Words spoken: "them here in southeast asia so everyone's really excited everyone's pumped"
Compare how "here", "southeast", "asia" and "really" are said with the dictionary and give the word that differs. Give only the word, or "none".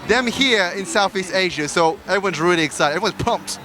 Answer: none